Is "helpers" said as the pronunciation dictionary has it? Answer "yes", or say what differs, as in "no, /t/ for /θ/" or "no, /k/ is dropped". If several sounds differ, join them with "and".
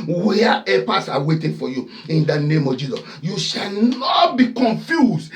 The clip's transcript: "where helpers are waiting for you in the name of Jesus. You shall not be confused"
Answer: no, /l/ is dropped and /s/ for /z/